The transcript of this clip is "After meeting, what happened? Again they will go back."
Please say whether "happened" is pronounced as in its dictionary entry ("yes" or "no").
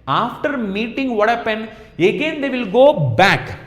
no